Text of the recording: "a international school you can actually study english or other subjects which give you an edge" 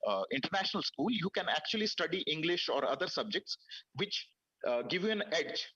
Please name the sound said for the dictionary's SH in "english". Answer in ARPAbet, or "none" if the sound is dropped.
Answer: SH